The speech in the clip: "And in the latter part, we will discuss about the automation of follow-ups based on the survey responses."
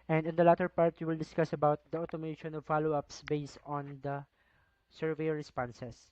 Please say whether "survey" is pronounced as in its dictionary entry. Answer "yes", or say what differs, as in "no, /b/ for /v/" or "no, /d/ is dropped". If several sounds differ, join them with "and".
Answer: yes